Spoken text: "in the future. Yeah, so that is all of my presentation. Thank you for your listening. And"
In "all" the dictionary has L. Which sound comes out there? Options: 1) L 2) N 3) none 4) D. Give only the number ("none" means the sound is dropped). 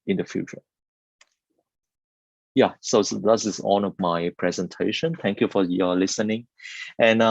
2